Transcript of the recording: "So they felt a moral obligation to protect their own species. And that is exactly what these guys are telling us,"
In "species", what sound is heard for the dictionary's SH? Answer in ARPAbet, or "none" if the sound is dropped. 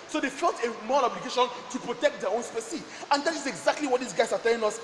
S